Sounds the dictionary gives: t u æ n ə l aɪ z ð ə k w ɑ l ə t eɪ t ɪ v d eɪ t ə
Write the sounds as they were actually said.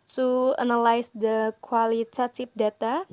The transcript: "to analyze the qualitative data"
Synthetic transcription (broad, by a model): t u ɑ n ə l aɪ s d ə k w ɑ l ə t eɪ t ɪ p d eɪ t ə